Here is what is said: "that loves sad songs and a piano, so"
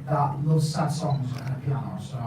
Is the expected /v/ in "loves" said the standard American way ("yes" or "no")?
no